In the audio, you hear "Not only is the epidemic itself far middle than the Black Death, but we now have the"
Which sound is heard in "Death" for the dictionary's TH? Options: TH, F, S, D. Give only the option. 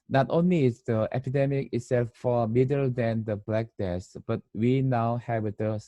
S